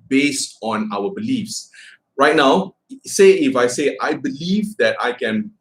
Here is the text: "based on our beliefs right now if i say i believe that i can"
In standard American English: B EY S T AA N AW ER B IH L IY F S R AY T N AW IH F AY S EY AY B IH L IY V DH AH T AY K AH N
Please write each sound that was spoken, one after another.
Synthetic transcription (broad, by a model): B EY S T AA N AW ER B IH L IY F S R AY T N AW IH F AY S EY AY B IH L IY V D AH T AY K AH N